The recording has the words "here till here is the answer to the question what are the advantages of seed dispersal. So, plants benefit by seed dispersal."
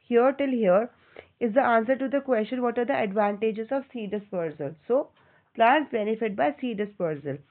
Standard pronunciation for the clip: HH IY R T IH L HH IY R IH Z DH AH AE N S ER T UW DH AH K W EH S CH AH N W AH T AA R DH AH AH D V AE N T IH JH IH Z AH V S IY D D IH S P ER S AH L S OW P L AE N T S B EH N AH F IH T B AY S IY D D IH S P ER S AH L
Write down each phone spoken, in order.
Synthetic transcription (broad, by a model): HH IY R T IH L HH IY R IH Z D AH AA N S ER T UW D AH K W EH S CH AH N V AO T AA R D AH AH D V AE N T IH JH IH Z AH V S IY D D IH S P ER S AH L S OW P L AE N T B EH N AH F IH T B AY S IY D D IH S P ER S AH L